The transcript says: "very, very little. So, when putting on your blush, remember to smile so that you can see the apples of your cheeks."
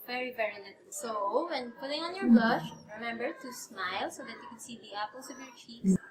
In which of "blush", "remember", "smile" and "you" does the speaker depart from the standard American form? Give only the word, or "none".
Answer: none